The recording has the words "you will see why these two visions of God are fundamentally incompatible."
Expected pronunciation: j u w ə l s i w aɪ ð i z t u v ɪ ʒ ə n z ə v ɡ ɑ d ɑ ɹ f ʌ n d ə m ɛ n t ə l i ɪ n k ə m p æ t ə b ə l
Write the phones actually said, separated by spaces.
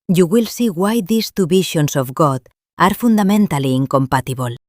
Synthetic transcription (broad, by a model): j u w ə l s i w aɪ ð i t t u b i ʃ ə n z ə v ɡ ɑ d ɑ ɹ f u n d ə m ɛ n t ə l i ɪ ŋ k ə m p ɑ t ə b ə l